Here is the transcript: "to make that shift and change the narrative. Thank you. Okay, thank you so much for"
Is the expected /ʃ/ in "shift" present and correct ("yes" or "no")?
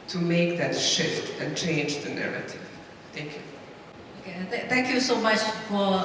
yes